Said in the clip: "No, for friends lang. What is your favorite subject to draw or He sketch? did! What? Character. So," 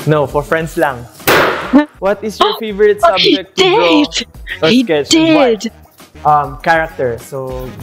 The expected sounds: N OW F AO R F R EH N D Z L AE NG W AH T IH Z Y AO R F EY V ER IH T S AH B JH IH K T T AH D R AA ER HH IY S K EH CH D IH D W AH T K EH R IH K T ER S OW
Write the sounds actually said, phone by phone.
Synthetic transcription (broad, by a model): N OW F AO R F R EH N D S L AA NG W AH T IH S Y AO R F EY V ER IH T S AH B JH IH K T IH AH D AA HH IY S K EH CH D IH D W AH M K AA R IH K T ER S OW